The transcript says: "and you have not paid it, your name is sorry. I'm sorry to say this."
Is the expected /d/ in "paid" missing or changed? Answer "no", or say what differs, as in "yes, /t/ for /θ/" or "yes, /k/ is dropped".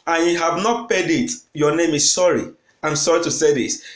no